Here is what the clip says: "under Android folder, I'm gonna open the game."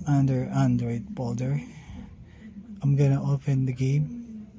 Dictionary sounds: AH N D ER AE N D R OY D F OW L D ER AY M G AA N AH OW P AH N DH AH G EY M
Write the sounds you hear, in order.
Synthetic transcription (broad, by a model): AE N D ER AE N D R OY D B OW L D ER AY M G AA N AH OW P AH N DH AH G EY M